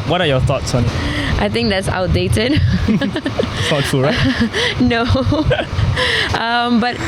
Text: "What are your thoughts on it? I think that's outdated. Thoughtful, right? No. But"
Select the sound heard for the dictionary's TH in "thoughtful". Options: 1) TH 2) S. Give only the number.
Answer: 2